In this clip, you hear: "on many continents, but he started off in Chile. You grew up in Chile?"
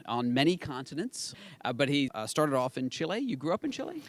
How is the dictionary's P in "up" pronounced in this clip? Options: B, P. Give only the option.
P